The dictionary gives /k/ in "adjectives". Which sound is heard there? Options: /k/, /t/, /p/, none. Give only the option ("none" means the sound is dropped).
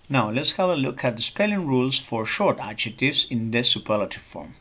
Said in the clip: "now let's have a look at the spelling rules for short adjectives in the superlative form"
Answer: none